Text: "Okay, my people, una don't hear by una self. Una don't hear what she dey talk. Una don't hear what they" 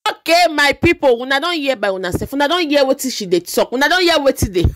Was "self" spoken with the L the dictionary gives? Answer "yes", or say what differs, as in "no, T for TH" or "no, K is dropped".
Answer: no, L is dropped